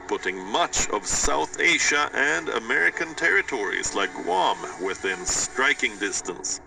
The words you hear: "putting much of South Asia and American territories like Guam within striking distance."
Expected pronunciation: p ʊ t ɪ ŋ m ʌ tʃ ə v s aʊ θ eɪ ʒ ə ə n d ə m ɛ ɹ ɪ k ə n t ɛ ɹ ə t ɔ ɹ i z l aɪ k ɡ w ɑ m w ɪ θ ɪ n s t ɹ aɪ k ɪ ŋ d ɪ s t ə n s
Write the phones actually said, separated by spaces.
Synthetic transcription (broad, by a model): p ʊ t ɪ ŋ m ʌ tʃ ə v s aʊ θ eɪ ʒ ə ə n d ə m ɛ ɹ ɪ k ə n t ɛ ɹ ə t ɔ ɹ i z l aɪ k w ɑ m w ɪ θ ɪ n s t ɹ aɪ k ɪ ŋ d ɪ s t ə n s